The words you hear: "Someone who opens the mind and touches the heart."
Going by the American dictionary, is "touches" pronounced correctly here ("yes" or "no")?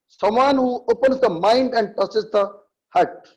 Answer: no